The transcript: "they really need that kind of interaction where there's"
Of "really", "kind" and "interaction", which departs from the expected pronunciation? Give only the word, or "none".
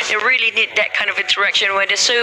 interaction